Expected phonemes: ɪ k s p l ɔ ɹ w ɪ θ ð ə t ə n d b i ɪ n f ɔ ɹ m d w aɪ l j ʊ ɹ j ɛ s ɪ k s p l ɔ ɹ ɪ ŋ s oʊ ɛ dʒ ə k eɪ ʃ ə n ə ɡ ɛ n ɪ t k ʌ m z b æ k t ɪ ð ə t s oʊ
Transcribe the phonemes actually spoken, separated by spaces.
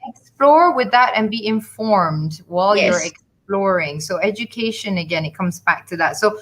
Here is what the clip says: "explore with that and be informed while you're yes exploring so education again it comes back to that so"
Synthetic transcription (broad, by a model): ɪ k s p l ɔ ɹ w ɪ ð ə t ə n b i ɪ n f ɔ ɹ m d w aɪ l j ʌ ɹ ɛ k s p l ɔ ɹ ɪ ŋ s oʊ ɛ dʒ ə k eɪ ʃ ə n ə ɡ ɛ n ɪ t k ʌ m z b æ k t ɪ ð ə t s oʊ